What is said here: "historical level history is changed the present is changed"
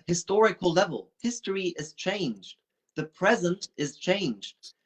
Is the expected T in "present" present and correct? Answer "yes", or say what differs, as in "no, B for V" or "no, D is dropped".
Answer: yes